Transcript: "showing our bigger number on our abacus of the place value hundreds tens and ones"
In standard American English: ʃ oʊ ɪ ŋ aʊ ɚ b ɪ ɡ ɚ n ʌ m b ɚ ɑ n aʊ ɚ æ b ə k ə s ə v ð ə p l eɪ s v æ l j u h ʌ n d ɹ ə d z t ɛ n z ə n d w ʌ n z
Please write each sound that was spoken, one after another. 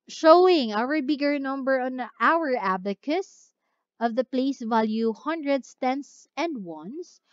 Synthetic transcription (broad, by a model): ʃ oʊ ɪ ŋ aʊ ɚ b ɪ ɡ ɚ n ʌ m b ɚ ɑ n aʊ ɚ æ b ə k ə s ə v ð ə p l eɪ s v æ l j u h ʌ n d ɹ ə d s t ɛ n s ə n d w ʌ n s